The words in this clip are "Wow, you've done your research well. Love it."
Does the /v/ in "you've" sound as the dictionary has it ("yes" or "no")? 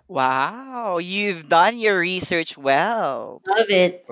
yes